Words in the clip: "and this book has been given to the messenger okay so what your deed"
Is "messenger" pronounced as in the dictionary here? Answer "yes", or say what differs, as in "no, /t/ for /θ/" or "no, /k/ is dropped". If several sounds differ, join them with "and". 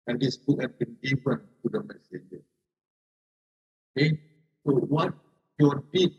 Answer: no, /n/ is dropped